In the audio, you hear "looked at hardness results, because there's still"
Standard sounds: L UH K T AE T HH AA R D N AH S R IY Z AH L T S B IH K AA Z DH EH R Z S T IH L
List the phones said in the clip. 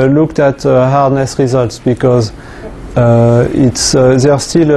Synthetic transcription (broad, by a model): L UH K T AE T HH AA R D N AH S R IY Z AH L T S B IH K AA Z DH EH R S T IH L